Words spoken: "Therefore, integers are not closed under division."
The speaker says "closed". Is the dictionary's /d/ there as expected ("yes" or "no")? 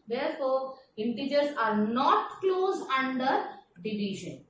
no